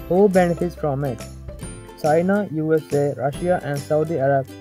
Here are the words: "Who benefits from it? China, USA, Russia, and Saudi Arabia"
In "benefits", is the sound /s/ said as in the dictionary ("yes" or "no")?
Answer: yes